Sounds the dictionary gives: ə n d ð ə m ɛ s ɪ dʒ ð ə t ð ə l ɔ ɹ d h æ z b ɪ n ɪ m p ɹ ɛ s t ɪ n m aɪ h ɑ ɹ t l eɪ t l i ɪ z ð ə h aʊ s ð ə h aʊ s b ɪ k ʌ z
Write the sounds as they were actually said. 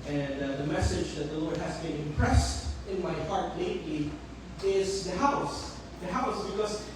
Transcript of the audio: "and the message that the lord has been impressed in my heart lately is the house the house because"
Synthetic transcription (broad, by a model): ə n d ð ə m ɛ s ɪ dʒ ð ə t ð ə l ɔ ɹ d h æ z b ɪ n ɪ m p ɹ ɛ s t ɪ n m aɪ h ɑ ɹ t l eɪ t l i ɪ z ð ə h aʊ s ð ə h aʊ s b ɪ k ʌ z